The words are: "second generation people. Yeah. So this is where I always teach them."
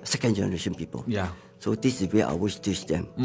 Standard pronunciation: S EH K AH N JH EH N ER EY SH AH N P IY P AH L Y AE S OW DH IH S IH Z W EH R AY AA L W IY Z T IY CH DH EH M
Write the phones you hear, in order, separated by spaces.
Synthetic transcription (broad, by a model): S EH K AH N JH EH N ER EY SH AH N P IY P AH L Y S OW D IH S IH W EH AY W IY S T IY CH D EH M